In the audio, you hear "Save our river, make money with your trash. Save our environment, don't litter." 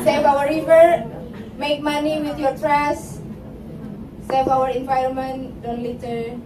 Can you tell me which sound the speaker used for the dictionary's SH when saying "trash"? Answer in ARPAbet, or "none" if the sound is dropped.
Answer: S